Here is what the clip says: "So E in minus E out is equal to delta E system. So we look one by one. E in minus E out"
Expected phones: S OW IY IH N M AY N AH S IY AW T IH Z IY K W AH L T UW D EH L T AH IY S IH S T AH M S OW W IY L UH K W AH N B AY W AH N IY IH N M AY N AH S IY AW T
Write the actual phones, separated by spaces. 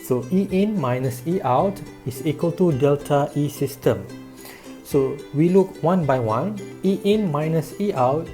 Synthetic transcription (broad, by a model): S OW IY IH N M AY N AH S IY AW T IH S IY K W AH L T UW D EH L T AH IY S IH S T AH M S OW W IY L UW K W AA N B AY W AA N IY IH N M AY N AH S IY AW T